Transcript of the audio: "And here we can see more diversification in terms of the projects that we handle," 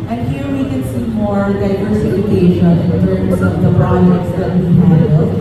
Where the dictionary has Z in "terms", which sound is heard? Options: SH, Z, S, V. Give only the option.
S